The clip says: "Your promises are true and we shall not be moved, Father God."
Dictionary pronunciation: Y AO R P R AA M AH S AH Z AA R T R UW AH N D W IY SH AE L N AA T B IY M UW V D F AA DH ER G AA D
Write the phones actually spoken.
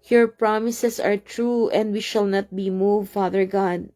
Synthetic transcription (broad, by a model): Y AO R P R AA M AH S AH S AA R T R UW AH N D W IY SH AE L N AA T B IY M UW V F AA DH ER G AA D